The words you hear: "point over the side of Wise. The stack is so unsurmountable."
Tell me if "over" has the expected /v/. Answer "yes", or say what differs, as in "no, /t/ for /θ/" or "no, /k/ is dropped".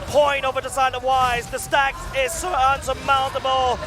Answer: yes